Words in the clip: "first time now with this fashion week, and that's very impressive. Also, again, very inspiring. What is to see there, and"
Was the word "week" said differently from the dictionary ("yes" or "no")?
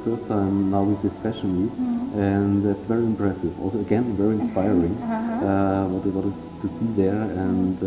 yes